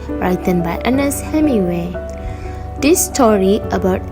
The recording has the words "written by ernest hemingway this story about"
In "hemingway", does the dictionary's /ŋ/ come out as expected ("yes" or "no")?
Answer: no